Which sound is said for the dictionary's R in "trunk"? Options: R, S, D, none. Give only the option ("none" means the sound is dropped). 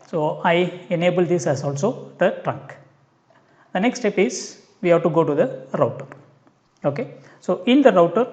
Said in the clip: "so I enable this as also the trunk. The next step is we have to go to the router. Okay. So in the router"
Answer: R